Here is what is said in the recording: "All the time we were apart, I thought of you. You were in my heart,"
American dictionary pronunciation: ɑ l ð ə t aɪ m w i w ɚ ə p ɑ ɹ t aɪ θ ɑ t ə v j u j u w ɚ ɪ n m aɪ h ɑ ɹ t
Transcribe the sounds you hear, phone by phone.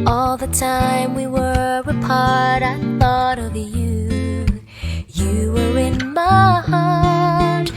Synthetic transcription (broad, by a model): ɑ l ð ə t aɪ m w i w ɚ ə p ɑ ɹ t aɪ θ ɑ t ə v j u j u w ɚ ɪ n m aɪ h ɑ ɹ t